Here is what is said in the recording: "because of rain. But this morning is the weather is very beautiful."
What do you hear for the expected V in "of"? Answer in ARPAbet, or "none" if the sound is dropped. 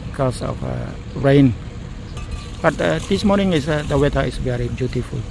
F